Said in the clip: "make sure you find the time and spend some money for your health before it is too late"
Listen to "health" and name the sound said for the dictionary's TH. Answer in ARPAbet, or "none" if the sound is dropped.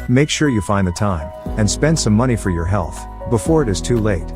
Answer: TH